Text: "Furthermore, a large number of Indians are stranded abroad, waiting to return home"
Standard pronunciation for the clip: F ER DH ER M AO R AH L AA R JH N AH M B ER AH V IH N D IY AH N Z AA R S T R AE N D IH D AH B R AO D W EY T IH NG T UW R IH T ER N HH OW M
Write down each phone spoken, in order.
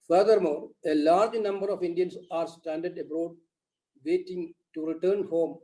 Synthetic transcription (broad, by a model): F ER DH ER M AO R AH L AA R JH N AH M B ER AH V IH N D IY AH N S AA R S T AE N D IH D AH B R AO D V EY T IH NG T UW R IH T ER N HH OW M